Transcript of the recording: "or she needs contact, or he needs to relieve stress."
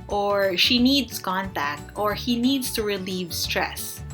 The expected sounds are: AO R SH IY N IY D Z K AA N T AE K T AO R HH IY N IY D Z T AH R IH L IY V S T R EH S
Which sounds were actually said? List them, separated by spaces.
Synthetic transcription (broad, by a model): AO R SH IY N IY D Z K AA N T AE K T AO R HH IY N IY D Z T AH R IH L IY V S T R EH S